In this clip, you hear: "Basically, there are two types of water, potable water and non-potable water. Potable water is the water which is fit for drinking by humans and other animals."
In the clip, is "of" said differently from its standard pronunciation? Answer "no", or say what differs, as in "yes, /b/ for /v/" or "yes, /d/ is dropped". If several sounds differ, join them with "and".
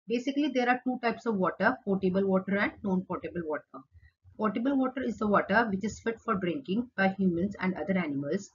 no